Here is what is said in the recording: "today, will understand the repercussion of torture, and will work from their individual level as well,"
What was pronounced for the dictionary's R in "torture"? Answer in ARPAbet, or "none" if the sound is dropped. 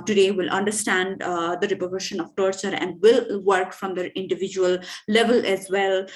R